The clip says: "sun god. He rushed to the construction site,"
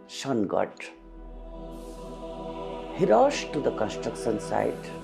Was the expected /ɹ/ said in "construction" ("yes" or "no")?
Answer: yes